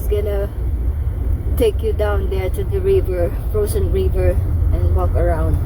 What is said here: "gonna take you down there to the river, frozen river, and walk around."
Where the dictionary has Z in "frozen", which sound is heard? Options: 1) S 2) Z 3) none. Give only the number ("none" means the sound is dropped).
1